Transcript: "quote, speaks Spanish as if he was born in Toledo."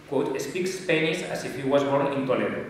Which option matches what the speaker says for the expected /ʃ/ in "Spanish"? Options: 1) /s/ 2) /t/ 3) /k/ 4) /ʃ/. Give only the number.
1